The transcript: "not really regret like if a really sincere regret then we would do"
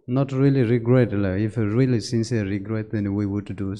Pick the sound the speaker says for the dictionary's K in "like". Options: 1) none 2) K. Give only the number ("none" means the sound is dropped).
1